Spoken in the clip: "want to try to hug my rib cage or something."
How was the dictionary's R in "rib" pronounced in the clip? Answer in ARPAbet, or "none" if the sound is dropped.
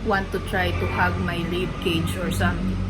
L